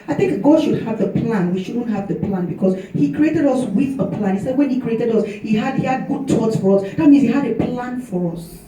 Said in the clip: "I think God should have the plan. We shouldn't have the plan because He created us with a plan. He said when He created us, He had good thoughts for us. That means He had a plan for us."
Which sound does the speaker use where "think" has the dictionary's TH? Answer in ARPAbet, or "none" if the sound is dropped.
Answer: TH